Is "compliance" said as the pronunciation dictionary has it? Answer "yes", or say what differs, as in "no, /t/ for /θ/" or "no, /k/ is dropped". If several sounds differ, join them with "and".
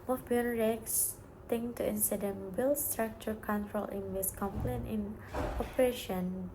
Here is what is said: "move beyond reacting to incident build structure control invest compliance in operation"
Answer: no, /s/ is dropped